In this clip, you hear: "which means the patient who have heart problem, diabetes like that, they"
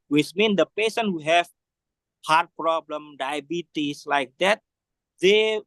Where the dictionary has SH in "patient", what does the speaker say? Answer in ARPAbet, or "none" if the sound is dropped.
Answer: S